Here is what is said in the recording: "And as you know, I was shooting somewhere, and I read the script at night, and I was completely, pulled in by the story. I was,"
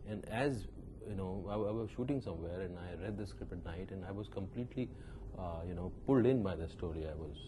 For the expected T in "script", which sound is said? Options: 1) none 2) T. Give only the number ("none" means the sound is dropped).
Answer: 1